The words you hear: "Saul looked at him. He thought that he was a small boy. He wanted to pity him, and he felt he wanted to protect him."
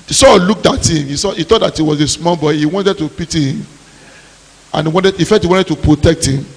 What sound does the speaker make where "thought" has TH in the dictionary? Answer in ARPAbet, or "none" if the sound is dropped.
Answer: S